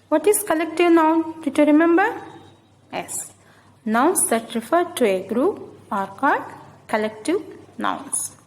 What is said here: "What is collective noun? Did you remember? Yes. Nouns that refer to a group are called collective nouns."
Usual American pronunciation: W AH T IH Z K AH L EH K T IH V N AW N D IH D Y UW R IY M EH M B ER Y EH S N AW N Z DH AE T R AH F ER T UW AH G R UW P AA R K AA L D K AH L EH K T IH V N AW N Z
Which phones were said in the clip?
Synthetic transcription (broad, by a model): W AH T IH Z K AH L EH K T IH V N AW N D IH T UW R IY M EH M B ER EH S N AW N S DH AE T R AH F ER T UW AH G R UW P AA R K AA D K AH L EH K T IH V N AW N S